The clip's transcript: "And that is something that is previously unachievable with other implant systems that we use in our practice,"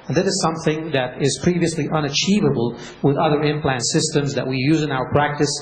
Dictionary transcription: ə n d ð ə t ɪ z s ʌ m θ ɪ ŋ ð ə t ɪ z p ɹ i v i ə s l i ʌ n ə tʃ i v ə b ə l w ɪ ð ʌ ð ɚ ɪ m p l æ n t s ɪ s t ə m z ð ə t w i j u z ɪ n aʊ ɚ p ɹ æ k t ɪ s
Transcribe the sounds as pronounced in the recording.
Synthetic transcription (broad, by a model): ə n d ð ə t ɪ z s ʌ m θ ɪ ŋ ð ə t ɪ z p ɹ i v i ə s l i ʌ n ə tʃ i v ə b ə l w ɪ ð ʌ ð ɚ ɪ m p l æ n t s ɪ s t ə m z ð ə t w i j u z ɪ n aʊ ɚ p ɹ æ k t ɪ s